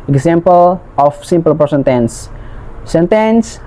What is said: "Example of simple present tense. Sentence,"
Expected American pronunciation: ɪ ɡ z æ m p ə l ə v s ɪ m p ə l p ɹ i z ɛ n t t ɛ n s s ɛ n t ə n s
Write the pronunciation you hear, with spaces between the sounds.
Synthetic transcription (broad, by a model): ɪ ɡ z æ m p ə l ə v s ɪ m p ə l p i s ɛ n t t ɛ n s s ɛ n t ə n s